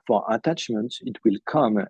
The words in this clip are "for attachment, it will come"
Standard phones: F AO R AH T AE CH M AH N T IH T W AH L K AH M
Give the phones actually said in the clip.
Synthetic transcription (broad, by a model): F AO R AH T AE CH M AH N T IH T W AH L K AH M